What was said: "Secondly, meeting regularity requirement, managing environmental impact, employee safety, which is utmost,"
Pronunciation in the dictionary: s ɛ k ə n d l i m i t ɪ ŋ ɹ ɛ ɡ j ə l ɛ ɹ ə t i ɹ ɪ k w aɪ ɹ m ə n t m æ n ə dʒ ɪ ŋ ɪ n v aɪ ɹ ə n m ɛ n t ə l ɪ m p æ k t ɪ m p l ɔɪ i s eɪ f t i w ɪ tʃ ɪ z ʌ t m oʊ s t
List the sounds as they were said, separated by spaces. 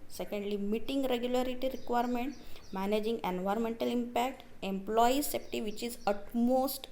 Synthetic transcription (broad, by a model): s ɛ k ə n d l i m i t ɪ ŋ ɹ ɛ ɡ j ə l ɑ ɹ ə t i ɹ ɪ k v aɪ ɹ m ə n t m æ n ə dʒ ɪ ŋ ɪ n v aɪ ɹ ə n m ɛ n t ə l ɪ m p æ k t ɪ m p l ɔɪ i s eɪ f t i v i tʃ ɪ z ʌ t m oʊ s t